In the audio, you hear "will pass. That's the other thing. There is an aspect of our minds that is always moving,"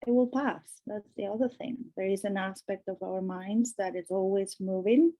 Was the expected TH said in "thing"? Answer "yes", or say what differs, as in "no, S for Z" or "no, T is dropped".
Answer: yes